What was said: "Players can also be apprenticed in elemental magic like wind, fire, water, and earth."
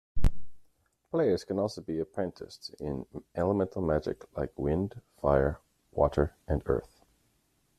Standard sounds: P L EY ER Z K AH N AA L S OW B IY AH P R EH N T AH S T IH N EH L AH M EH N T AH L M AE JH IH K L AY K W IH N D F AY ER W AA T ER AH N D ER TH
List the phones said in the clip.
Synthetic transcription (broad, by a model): P L EY ER Z K AH N AA L S OW B IY AH P R EH N T AH S T IH N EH L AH M EH N T L M AE JH IH K L AY K W IH N D F AY ER W AA T ER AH N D ER TH